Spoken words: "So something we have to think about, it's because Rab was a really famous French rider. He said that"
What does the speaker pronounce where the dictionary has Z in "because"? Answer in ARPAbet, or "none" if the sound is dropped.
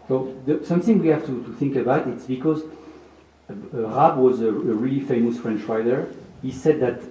Z